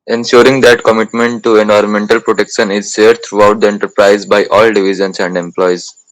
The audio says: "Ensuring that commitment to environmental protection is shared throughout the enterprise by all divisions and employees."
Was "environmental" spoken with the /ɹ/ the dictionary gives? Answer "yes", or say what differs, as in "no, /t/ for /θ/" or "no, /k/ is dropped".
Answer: yes